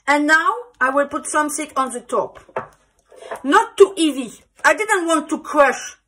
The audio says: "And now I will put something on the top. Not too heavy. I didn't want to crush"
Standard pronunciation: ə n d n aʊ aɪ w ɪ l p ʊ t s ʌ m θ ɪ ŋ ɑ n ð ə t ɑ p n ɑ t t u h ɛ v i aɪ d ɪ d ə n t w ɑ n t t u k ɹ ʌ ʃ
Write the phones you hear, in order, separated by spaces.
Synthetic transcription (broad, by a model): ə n n aʊ aɪ w ɪ l p ʊ t s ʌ m s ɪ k ɑ n ð ə t ɑ p n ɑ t t u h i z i aɪ d ɪ d ə n t w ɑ n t t u k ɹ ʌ ʃ